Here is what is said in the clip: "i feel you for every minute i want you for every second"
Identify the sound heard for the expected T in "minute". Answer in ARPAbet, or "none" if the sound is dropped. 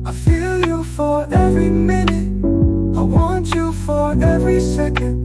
none